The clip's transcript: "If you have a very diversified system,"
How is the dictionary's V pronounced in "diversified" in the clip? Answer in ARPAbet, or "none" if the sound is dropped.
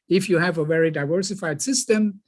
V